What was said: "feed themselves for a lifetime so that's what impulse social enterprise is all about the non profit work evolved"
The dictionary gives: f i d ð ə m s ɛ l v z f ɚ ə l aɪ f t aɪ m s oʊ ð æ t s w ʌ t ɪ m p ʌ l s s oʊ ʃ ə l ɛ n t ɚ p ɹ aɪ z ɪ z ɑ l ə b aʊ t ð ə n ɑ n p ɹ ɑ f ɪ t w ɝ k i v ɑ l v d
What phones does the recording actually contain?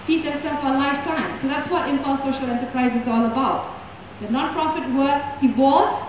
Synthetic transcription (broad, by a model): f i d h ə s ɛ l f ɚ ə l aɪ f t aɪ m s oʊ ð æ t s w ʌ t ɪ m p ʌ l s s oʊ ʃ ə l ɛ n t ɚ p ɹ aɪ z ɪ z ɑ l ə b aʊ t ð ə n ɑ n p ɹ ɑ f ɪ t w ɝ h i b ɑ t